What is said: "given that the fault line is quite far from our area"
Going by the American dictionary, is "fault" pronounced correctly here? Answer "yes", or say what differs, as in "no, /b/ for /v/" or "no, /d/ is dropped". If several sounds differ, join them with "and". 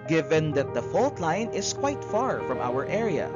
yes